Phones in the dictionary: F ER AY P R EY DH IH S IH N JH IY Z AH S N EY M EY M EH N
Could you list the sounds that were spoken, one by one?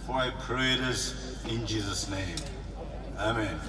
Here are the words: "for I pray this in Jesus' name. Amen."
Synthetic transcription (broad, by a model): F AY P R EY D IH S IH N JH IY Z AH S N EY M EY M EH N